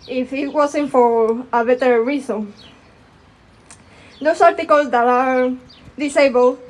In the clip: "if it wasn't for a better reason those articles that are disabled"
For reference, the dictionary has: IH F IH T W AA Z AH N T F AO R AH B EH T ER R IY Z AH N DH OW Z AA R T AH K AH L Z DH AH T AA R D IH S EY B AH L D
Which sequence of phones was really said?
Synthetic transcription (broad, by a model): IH F IH T W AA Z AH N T F AO R AH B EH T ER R IY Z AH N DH OW S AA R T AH K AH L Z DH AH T AA R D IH S EY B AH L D